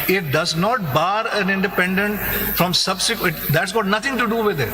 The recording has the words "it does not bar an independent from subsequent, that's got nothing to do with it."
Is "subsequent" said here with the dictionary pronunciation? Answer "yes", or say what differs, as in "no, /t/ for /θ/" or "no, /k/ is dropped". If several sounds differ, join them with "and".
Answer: no, /n/ is dropped